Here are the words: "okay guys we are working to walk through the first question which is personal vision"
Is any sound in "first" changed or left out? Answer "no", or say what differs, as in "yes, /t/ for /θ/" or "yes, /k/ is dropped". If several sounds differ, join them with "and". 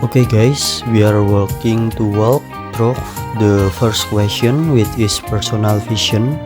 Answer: no